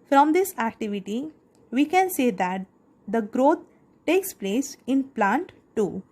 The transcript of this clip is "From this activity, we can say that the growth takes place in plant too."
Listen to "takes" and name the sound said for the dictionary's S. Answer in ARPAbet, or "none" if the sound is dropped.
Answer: S